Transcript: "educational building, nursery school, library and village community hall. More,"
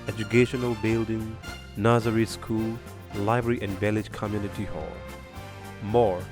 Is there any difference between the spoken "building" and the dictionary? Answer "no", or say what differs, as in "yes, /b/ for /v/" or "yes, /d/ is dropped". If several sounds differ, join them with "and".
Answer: no